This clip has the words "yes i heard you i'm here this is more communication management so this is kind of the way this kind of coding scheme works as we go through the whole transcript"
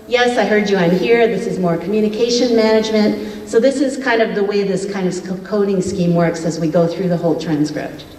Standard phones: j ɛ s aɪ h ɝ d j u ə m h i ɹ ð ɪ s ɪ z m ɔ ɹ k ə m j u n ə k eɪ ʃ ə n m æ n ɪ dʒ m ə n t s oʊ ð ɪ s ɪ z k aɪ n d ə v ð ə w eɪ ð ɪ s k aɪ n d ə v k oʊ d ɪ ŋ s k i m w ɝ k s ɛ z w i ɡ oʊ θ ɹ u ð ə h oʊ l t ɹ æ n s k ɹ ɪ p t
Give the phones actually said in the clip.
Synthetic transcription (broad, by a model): j ɛ s aɪ h ɝ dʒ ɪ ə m h i ɹ ð ɪ s ɪ z m ɔ ɹ k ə m j u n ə k eɪ ʃ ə n m æ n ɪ dʒ m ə n t s oʊ ð ɪ s ɪ z k aɪ n d ə v ð ə w eɪ ð ɪ s k aɪ n d ə v k oʊ d ɪ ŋ s k i m w ɝ k s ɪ z w i ɡ oʊ θ ɹ u ð ə h oʊ l t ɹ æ n s k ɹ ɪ p t